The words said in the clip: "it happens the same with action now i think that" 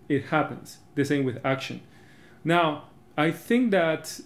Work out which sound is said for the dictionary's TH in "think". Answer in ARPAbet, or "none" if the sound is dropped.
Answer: TH